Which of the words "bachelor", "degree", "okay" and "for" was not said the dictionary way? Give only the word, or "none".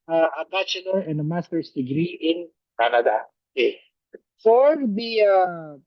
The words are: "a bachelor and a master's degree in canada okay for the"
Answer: bachelor